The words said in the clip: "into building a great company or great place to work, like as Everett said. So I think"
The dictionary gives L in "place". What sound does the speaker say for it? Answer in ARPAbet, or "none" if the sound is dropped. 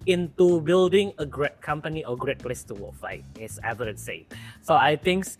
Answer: L